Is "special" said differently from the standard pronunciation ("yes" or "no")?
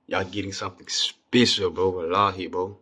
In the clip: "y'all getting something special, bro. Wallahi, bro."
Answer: yes